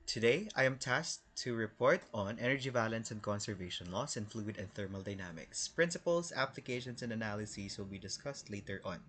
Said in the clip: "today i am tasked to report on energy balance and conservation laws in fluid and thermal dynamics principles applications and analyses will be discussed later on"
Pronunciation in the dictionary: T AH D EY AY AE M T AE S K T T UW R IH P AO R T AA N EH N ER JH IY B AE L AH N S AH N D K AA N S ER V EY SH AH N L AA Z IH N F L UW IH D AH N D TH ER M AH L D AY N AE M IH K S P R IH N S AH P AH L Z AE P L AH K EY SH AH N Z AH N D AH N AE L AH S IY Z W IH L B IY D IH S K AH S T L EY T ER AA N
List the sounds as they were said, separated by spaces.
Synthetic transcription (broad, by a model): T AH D EY AY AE M T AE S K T T UW R IH P AO R T AA N EH N ER JH IY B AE L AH N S AH N D K AA N S ER V EY SH AH N L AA S IH N F L UW IH D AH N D TH ER M AH L D AY N AE M IH K S P R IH N S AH P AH L S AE P L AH K EY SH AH N S AH N D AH N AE L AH S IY S W IH L B IY D IH S K AH S T L EY T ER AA N